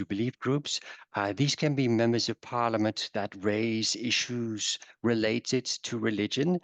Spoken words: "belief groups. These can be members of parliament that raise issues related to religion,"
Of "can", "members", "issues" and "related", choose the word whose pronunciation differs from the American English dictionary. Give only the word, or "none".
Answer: none